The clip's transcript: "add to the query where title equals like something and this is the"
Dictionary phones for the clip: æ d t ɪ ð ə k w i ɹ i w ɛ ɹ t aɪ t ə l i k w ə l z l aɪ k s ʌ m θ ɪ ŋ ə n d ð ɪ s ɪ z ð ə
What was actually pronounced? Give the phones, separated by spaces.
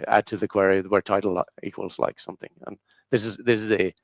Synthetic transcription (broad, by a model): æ d t ɪ ð ə k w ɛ ɹ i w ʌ ɹ t aɪ t l i k w ə l z l aɪ k s ʌ m θ ɪ ŋ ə n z ð ɪ s ɪ z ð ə